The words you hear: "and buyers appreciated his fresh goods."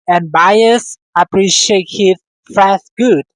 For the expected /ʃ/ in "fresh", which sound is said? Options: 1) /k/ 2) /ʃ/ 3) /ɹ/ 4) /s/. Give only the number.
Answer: 4